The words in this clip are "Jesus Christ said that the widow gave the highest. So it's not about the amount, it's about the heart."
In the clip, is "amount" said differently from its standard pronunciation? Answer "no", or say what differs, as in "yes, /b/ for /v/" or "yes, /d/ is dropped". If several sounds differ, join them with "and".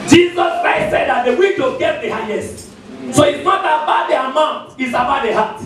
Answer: no